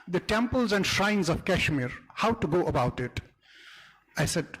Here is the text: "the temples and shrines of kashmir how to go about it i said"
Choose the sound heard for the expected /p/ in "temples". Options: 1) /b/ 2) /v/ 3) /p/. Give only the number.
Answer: 3